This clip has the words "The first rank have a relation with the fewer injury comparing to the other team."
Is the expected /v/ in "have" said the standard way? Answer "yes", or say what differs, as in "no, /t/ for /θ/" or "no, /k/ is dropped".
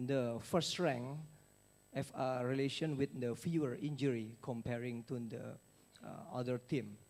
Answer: no, /f/ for /v/